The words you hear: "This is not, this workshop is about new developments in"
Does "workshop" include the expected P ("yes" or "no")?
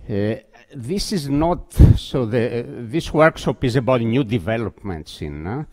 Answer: yes